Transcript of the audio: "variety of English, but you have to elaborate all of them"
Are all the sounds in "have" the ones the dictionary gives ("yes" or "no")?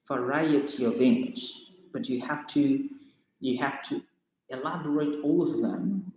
no